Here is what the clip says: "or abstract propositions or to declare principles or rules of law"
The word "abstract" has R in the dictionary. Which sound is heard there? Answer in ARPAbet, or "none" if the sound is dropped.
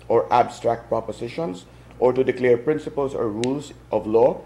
R